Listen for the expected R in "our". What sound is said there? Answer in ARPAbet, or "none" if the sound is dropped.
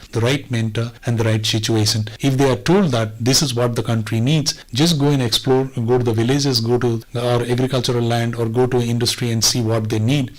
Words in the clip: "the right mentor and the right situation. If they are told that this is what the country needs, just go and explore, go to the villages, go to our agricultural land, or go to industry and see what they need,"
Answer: R